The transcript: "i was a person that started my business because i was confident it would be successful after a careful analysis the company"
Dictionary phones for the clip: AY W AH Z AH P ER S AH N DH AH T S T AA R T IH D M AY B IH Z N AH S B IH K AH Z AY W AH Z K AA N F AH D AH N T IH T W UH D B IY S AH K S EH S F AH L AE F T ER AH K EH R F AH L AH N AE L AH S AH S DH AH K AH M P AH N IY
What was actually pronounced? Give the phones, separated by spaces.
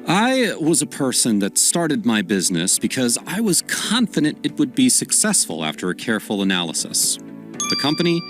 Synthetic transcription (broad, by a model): AY W AH Z AH P ER S AH N DH AH T S T AA R T IH D M AY B IH Z N AH S B IH K AH Z AY W AH Z K AA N F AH D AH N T IH T W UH D B IY S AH K S EH S F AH L AE F T ER AH K EH R F L AH N AE L AH S AH S DH AH K AH M P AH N IY